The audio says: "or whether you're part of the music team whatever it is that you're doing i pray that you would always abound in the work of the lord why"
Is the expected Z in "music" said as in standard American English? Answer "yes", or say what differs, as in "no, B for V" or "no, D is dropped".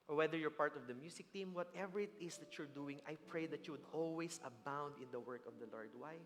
no, S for Z